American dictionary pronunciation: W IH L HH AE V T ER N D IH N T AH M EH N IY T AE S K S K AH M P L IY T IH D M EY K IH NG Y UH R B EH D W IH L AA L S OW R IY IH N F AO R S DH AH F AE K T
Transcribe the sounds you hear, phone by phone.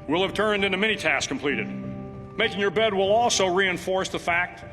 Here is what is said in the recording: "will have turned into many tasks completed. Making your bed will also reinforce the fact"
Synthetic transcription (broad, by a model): W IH L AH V T ER N D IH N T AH M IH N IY T AE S S K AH M P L IY T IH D M EY K IH NG Y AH R B EH D W IH L AA L S OW R IY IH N F AO R S DH AH F AE K T